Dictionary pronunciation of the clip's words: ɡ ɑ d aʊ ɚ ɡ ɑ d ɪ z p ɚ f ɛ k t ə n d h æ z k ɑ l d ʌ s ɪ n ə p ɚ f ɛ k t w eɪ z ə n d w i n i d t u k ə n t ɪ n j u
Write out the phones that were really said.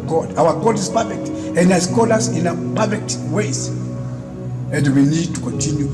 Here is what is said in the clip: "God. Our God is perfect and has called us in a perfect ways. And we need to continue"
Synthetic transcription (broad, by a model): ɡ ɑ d aʊ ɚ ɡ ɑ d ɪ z p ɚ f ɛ k t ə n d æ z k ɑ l ʌ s ɪ n ə p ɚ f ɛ k t w eɪ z ə n d w i n i d t u k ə n t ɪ n j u